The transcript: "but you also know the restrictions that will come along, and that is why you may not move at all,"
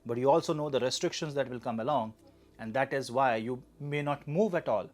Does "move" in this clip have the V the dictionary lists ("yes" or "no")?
yes